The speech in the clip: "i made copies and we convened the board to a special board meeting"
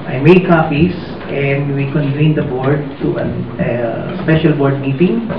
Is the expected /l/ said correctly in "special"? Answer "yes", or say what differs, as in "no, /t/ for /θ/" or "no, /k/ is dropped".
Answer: yes